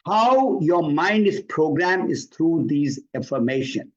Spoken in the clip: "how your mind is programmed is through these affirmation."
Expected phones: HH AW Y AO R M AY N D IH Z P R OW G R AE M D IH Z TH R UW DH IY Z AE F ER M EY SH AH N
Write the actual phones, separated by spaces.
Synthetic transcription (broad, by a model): HH AW Y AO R M AY N D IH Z P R OW G R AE M IH Z T R UW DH IY Z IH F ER M EY SH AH N